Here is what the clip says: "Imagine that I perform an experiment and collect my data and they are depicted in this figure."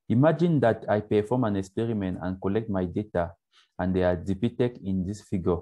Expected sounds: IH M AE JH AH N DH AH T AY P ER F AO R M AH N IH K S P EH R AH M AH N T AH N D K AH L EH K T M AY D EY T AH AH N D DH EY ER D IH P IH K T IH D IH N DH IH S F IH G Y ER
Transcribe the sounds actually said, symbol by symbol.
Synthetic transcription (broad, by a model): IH M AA JH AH N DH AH T AY P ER F AO M AH N IH K S P EH R AH M AH N T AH N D K AH L EH K T M AY D EY T AH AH N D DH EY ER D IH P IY T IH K IH N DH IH S F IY G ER